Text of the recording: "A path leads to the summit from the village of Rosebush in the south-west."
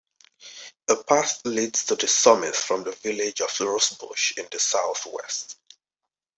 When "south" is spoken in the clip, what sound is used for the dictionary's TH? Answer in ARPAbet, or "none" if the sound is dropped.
TH